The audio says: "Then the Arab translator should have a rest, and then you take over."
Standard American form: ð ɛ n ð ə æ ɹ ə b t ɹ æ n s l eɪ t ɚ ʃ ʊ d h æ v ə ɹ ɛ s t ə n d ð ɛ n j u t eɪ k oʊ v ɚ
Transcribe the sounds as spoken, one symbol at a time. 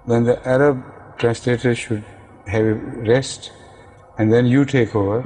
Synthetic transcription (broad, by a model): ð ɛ n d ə æ ɹ ə b t ɹ æ n s l eɪ t ɚ ʃ ʊ d h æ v ə ɹ ɛ s t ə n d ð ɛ n j u t eɪ k oʊ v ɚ